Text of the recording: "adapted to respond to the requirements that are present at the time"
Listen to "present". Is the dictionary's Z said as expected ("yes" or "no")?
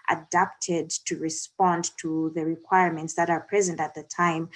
yes